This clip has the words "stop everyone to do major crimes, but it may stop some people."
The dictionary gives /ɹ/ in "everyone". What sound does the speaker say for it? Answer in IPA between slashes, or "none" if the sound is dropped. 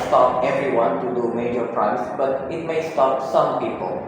/ɹ/